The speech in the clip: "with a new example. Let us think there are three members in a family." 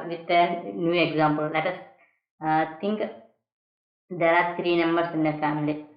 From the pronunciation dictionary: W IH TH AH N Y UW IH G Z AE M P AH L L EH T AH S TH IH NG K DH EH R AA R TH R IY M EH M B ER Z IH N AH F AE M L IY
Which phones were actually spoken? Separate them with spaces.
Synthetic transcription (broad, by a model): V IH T AH N Y UW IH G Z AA M P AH L L EH T AH S T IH NG K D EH R AA R T R IY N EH M B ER S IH N AH F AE M L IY